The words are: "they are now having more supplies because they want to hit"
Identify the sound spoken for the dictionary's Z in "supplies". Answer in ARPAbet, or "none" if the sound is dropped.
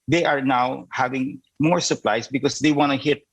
S